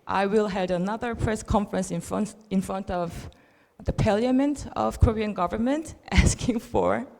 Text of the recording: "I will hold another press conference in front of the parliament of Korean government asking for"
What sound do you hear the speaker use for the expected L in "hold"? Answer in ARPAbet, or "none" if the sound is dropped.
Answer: none